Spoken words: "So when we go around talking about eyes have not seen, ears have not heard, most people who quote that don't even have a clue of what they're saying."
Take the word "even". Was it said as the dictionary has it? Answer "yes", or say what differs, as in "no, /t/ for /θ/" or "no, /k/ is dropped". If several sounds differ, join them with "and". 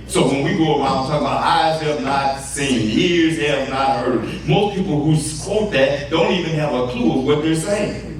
yes